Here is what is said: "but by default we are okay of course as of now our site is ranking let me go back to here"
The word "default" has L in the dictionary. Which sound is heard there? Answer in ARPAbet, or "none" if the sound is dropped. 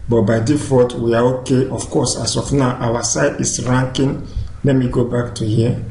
none